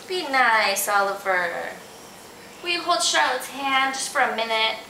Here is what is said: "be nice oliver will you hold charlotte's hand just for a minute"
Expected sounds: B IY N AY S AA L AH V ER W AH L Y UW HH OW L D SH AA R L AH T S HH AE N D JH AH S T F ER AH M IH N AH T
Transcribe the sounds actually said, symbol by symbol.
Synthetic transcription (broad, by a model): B IY N AY S AA L AH V ER W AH HH OW L D SH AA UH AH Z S HH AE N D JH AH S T F ER AH M IH N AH T